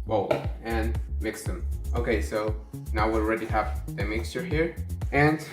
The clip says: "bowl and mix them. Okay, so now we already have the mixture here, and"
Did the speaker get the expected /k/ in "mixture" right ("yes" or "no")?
yes